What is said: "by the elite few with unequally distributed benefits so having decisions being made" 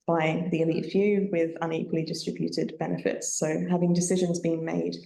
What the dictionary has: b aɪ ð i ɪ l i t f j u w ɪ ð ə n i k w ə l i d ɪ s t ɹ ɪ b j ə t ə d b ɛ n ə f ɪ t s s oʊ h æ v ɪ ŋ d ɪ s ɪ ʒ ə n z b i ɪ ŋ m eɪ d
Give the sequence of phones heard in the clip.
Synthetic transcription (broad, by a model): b aɪ ð i ɪ l i t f j u w ɪ ð ə n i k w ə l i d ɪ s t ɹ ɪ b j ə t ə d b ɛ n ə f ɪ t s s oʊ h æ v ɪ ŋ d ɪ s ɪ ʒ ə n z b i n m eɪ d